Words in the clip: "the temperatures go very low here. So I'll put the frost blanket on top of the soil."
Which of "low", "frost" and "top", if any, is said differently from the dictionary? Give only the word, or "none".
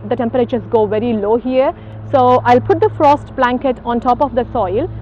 none